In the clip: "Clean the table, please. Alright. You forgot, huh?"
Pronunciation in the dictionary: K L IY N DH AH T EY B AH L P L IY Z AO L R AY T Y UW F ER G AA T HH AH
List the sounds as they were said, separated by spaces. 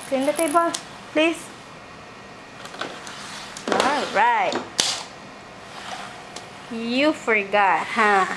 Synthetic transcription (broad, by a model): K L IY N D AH T EY B AH L P L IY S AO L R AY T Y UW F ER G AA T HH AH